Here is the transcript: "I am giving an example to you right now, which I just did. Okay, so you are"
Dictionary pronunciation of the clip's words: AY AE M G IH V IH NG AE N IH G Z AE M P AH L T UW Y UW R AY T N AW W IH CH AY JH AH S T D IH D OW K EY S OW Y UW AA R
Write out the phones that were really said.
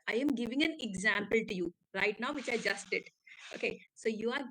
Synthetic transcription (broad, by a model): AY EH M G IH V IH NG AE N IH G Z AE M P AH L T UW Y UW R AY T N AW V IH CH AY JH AH S T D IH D OW K EY S OW Y UW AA R